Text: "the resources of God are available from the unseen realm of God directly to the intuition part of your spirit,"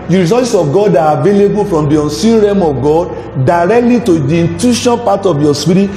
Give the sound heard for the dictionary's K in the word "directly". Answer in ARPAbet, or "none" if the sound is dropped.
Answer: K